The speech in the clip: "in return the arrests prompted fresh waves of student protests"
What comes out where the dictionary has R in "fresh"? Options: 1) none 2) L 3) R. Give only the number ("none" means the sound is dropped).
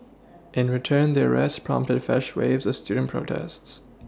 1